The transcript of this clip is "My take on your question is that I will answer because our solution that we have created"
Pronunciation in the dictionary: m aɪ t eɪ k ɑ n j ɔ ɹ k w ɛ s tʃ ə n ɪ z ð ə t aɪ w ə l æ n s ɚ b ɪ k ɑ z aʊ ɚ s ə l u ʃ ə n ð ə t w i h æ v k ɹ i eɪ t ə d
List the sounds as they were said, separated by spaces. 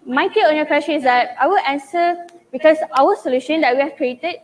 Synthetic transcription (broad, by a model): m aɪ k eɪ ɑ n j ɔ k w ɛ s tʃ ə n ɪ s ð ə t aɪ w ə l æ n s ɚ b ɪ k ɑ s aʊ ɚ s ə l u ʃ ə n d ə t w i h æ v k ɹ i eɪ t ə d